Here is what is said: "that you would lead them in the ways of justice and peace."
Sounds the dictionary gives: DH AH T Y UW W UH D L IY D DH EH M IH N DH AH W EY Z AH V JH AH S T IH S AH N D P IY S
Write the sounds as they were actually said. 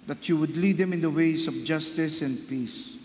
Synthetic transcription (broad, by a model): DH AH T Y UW W UH D L IY D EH M IH N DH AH W EY S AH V JH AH S T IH S AH N D P IY S